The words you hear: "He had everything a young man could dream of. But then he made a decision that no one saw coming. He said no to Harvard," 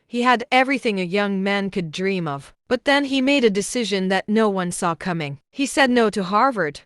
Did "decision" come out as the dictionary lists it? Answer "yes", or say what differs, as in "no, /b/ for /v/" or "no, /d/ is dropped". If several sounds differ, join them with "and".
yes